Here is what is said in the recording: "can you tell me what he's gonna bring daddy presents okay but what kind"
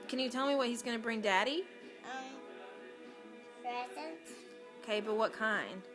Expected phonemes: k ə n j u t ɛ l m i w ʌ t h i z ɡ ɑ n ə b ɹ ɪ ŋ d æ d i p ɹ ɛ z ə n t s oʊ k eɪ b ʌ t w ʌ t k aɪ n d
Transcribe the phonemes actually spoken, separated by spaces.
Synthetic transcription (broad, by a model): k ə n j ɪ t ɛ l m i w ʌ t h i z ɡ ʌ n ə b ɹ ɪ ŋ d æ d i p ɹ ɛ s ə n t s oʊ k eɪ b ʌ t w ʌ t k aɪ n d